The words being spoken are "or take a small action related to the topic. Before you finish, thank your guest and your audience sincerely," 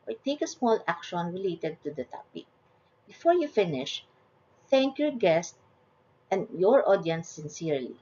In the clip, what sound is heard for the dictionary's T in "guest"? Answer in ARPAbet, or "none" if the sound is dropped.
T